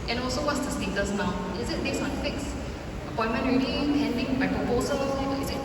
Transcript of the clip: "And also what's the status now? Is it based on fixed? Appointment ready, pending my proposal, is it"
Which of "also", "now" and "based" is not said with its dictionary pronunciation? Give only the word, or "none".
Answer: based